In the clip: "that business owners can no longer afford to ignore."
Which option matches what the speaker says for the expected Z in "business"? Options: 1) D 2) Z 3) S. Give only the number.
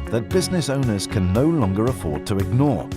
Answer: 2